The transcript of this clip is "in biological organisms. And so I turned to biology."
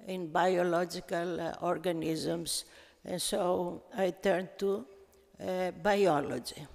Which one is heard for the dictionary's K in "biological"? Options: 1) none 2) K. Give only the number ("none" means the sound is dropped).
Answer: 2